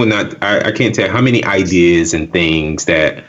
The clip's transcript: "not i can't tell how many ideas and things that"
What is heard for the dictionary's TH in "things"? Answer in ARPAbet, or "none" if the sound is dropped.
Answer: TH